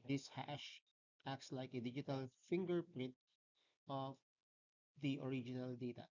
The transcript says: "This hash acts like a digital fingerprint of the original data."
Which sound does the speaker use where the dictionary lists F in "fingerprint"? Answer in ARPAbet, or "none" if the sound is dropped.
F